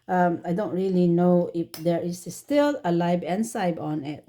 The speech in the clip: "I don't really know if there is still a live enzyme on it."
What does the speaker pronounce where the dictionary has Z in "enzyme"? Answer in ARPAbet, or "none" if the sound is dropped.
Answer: S